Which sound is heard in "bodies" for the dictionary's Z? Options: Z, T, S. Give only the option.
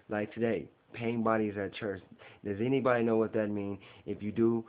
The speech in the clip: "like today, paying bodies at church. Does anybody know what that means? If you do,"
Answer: Z